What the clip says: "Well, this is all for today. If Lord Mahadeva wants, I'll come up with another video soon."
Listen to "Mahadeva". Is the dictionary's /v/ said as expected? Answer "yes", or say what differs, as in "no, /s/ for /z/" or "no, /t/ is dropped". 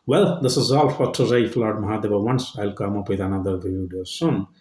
no, /b/ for /v/